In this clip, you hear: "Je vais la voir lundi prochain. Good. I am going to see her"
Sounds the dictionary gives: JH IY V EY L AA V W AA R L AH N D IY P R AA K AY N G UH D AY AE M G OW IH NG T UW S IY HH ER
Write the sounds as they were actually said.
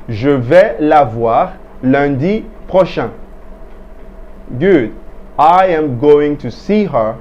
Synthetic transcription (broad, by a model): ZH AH V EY L AA V W AA R L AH D IY P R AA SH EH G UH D AY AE M G OW IH NG T UW S IY HH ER